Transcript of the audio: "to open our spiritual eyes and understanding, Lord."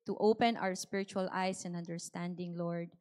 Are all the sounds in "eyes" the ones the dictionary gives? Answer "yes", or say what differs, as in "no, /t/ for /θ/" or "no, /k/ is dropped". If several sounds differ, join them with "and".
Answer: no, /s/ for /z/